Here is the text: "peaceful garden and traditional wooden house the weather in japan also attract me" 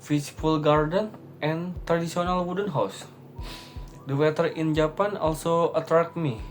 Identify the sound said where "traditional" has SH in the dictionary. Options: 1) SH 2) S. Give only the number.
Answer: 2